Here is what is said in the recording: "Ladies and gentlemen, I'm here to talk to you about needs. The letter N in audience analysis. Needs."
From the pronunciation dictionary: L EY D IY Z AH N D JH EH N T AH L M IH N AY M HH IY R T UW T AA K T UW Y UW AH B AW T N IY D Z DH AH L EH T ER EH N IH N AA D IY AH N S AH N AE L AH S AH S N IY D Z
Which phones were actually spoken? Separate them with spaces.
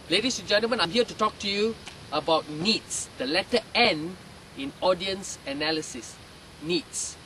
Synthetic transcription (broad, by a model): L EY D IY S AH N JH EH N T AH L M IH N AY M HH IY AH T UW T AA K T UW Y UW AH B AW T N IY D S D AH L EH T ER EH N IH N AA D IY AH N S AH N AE L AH S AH S N IY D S